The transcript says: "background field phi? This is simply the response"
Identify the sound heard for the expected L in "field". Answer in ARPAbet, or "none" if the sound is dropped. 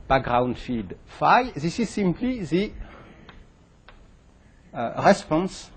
none